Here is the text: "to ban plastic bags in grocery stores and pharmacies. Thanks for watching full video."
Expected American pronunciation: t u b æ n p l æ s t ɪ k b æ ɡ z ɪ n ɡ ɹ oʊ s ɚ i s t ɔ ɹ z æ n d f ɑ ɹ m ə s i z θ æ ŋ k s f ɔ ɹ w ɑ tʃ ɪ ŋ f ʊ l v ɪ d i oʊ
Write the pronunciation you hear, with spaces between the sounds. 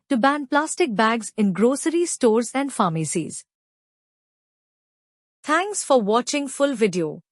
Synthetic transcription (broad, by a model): t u b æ n p l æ s t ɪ k b æ ɡ z ɪ n ɡ ɹ oʊ s ɚ i s t ɔ ɹ z æ n d f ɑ m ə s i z t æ ŋ k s f ɔ ɹ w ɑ tʃ ɪ ŋ f ʊ l v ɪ d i oʊ